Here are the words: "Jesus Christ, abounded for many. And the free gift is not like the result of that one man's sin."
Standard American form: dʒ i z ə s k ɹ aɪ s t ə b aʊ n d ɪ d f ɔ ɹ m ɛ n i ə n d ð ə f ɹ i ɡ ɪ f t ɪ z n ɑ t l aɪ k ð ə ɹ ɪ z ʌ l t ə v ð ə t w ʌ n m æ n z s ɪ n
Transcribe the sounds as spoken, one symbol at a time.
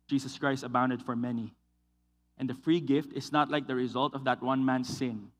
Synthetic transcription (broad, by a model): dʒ i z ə s k ɹ aɪ s t ə b aʊ n d ɪ d f ɔ ɹ m ɛ n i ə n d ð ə f ɹ i ɡ ɪ f t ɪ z n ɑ t l aɪ k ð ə ɹ ɪ z ʌ l t ə v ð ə t w ʌ n m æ n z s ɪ n